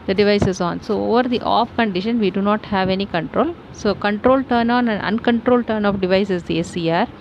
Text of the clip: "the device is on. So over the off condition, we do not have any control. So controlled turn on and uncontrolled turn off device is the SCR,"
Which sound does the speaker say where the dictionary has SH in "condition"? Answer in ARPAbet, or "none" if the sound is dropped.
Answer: SH